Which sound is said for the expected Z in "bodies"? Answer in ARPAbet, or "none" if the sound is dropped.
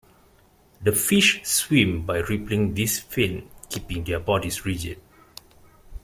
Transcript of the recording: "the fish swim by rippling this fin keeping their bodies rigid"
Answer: S